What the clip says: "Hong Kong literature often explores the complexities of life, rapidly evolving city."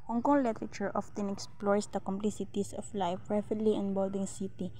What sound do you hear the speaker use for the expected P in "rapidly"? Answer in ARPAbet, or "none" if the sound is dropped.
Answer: F